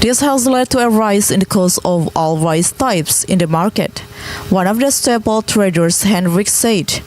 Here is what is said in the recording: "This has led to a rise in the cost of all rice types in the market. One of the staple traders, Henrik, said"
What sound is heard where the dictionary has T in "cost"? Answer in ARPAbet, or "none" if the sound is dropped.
none